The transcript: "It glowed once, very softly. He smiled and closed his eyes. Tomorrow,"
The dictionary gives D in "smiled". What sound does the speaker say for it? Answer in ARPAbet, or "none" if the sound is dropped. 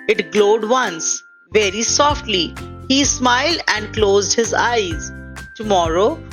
D